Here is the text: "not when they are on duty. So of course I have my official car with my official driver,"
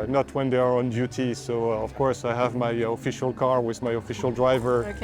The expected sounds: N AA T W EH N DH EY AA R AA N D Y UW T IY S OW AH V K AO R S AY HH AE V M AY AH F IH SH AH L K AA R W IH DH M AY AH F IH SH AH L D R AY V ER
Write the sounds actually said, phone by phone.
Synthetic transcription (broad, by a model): N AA T W EH N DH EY AA R AA N D Y UW T IY S OW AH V K AO R S AY HH AE V M AY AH F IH SH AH L K AA R W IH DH M AY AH F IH SH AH L D R AY V ER